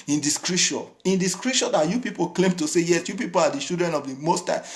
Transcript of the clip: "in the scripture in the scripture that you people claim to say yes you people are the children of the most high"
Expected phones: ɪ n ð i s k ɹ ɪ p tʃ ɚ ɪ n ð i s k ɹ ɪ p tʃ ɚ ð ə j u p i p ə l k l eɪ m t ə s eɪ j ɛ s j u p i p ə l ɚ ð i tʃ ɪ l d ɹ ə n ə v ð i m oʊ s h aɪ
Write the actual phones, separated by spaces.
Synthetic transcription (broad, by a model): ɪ n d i s k ɹ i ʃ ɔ ɪ n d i s k ɹ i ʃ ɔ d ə j u p i p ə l k l eɪ m t ə s eɪ j ɛ s j u p i p ə l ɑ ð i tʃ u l d ɹ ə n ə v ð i m oʊ s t aɪ